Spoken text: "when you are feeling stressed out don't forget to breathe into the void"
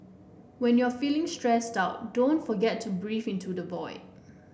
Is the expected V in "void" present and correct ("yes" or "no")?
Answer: no